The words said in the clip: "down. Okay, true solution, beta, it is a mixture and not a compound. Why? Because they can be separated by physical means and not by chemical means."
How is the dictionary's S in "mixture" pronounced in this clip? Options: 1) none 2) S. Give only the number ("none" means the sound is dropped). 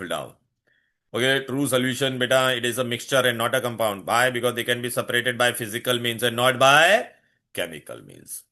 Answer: 2